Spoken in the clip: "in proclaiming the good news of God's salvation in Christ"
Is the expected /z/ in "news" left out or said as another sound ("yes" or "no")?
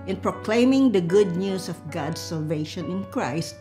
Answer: yes